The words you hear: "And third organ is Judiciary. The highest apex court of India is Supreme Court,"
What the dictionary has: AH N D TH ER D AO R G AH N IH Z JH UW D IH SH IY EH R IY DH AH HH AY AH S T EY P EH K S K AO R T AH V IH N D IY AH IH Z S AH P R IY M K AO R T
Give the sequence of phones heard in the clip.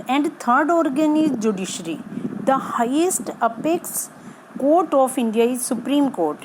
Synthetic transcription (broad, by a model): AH N D T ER D AO R G AH N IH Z JH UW D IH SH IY R IY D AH HH AY AH S T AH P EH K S K AO R T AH F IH N D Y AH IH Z S AH P R IY M K AO R T